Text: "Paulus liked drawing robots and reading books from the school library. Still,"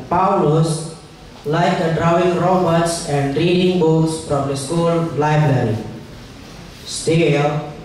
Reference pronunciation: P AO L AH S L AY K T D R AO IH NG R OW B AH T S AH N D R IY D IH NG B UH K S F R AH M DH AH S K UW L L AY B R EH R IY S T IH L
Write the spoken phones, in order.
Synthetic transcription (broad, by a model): P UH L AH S L AY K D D R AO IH NG R OW B AH T S AH N D R IY D IH NG B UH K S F R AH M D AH S K UW L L AY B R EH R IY S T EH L